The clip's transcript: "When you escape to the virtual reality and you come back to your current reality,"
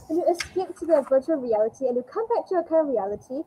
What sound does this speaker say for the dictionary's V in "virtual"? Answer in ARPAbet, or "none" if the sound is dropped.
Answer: V